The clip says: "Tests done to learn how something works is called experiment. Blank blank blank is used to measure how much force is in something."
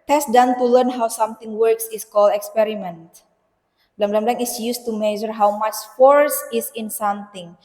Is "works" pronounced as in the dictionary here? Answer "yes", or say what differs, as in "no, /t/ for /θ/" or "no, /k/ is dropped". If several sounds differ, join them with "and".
yes